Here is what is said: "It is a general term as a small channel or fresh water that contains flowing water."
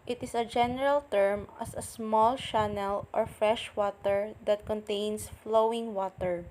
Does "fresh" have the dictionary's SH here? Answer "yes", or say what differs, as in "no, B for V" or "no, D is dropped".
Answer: yes